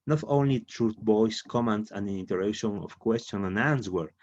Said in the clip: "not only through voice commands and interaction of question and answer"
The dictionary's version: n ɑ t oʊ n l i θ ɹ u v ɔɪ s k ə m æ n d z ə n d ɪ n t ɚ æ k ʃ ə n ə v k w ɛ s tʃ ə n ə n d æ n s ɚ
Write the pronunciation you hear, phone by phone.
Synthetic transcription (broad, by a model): n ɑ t oʊ n l i t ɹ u b ɔɪ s k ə m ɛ n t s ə n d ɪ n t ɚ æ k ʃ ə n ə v k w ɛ s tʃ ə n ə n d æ n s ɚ